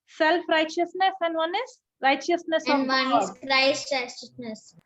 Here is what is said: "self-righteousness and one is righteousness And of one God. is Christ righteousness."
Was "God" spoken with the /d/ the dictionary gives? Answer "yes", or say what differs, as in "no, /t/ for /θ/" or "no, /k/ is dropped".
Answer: no, /d/ is dropped